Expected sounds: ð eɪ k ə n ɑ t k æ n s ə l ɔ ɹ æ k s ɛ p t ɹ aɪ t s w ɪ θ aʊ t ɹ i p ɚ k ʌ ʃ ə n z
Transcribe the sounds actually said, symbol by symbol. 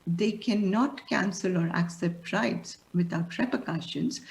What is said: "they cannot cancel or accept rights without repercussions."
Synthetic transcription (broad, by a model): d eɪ k ə n ɑ t k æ n s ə l ɔ ɹ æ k s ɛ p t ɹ aɪ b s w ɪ t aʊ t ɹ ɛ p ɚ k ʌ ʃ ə n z